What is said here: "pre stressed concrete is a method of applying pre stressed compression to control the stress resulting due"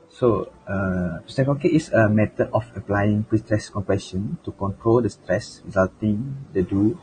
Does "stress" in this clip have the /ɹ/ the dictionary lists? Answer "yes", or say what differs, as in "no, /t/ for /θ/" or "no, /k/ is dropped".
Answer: yes